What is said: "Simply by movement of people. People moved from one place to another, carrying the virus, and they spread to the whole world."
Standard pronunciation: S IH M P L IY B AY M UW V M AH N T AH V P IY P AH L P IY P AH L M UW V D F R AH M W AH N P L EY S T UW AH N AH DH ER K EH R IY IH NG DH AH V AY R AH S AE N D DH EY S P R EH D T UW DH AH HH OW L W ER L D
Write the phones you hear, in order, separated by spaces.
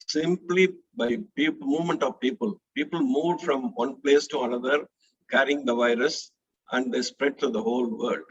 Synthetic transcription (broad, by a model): S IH M P L IY B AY M UW V M AH N T AH V P IY P AH L P IY P AH L M UW V D F R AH M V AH N P L EY S T UW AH N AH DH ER K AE R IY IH NG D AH V AY R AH S AE N D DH EY S P R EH D T UW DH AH HH OW L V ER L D